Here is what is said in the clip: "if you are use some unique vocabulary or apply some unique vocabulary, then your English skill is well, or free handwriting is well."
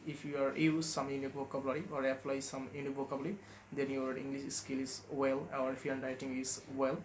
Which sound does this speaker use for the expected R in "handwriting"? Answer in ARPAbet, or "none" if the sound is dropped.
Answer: none